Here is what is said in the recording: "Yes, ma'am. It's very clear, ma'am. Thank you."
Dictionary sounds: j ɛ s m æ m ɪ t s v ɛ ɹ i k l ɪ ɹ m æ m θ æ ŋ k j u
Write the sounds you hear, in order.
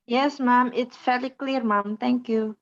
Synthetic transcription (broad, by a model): j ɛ s m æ m ɪ t s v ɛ l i k l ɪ ɹ m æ m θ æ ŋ k j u